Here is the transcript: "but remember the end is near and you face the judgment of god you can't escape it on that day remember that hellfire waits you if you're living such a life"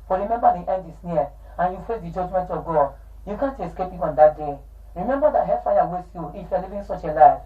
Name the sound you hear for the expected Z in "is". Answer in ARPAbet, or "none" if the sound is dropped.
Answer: S